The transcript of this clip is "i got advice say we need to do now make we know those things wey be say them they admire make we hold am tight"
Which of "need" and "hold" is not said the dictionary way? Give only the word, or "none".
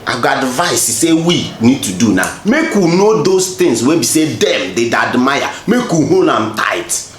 hold